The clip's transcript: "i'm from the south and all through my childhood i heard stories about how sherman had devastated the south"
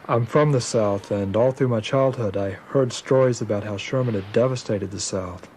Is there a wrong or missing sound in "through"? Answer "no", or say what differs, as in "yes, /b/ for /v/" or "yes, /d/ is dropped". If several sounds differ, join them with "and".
no